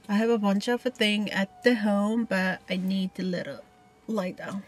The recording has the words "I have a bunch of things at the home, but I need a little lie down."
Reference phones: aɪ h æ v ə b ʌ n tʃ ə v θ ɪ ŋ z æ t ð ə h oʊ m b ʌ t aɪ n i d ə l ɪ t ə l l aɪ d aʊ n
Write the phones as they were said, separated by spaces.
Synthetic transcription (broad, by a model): aɪ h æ v ə b ʌ n tʃ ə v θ ɪ ŋ æ t ð ə h oʊ m b ʌ t aɪ n i d ə l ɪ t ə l l aɪ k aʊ